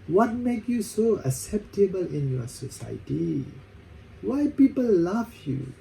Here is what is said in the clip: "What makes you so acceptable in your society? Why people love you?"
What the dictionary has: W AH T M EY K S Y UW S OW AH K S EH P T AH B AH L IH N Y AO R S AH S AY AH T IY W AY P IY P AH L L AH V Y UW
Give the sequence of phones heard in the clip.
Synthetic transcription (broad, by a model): W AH T M EY K Y UW S OW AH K S EH P T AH B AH L IH N Y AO S AH S AY AH T IY W AY P IY P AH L L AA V Y UW